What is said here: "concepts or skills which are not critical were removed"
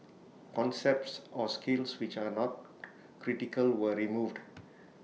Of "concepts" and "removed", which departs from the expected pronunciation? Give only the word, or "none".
none